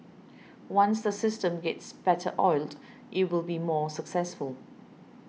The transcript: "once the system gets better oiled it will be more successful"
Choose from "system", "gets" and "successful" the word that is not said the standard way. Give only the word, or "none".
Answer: none